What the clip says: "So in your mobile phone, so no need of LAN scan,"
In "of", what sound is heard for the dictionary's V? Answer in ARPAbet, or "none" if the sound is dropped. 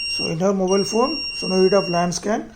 P